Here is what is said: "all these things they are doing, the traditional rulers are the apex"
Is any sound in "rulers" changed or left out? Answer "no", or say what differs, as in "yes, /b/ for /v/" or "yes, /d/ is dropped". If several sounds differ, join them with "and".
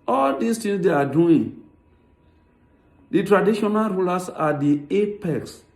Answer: yes, /s/ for /z/